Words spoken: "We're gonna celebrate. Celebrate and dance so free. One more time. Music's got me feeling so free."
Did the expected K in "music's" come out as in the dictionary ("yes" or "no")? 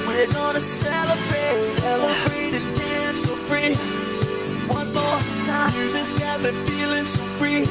no